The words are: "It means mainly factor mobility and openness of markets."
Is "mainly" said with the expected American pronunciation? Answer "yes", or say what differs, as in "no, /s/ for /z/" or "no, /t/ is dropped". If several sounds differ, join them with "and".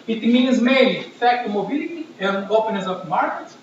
no, /n/ is dropped